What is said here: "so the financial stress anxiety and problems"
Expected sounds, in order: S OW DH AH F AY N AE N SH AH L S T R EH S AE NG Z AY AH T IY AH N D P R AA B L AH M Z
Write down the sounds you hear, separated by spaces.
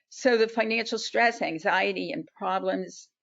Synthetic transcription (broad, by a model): S OW DH AH F AY N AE N SH L S T R EH S AE NG Z AY AH T IY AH N P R AA B L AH M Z